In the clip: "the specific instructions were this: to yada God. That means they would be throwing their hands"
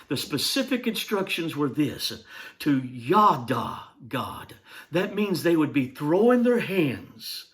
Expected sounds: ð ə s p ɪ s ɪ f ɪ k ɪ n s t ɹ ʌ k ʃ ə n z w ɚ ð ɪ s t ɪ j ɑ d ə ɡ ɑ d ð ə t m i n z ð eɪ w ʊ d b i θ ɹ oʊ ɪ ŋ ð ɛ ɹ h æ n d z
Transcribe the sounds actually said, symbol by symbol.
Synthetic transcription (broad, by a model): ð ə s p ɪ s ɪ f ɪ k ɪ n s t ɹ ʌ k ʃ ə n z w ɚ ð ɪ s t ɪ j ɑ d ə ɡ ɑ d ð ə t m i n z ð eɪ w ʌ d b i θ ɹ oʊ ɪ ŋ ð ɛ ɹ h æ n d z